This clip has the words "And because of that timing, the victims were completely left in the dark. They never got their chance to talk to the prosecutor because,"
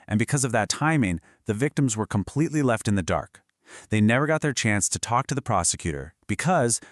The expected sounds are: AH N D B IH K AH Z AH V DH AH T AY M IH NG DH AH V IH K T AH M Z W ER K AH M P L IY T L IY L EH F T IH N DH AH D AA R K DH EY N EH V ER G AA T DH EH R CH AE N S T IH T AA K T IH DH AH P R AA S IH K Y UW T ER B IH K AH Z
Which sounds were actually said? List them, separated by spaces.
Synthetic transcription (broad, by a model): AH N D B IH K AH Z AH V DH AH T AY M IH NG DH AH V IH K T AH M Z W ER K AH M P L IY T L IY L EH F T IH N DH AH D AA R K DH EY N EH V ER G AA T DH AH R CH AE N S T IH T AA K T IH DH AH P R AA S IH K Y UW T ER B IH K AH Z